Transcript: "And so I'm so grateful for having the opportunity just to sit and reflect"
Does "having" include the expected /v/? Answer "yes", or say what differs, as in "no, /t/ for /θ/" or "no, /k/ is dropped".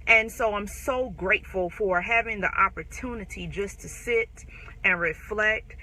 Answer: yes